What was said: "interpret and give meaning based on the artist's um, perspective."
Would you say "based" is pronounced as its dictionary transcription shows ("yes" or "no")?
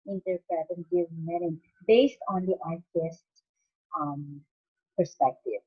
yes